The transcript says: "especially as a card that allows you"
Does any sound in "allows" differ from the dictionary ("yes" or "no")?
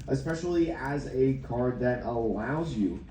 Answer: no